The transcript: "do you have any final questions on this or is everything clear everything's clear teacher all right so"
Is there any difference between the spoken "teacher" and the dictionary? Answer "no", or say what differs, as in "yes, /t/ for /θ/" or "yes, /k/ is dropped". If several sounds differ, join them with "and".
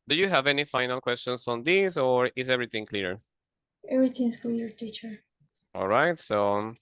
no